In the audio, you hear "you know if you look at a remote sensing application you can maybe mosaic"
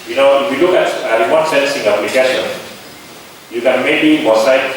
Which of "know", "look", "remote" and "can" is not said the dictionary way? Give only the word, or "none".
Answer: remote